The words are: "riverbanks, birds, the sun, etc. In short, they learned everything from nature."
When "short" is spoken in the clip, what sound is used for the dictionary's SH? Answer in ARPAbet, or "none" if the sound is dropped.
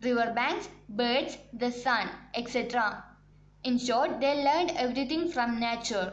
SH